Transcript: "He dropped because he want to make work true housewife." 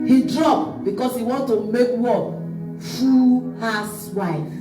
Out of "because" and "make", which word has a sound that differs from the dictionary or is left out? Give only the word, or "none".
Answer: because